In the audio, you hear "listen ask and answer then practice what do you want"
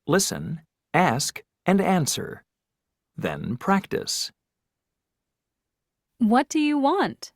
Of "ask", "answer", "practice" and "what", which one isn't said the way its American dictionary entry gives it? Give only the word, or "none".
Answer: none